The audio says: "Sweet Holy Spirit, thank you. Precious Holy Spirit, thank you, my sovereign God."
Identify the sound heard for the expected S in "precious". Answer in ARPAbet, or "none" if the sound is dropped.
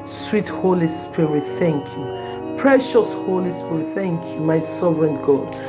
S